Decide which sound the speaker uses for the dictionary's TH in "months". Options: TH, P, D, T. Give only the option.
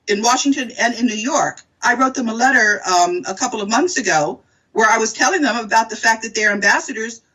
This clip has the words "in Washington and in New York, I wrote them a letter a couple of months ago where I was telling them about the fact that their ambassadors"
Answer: TH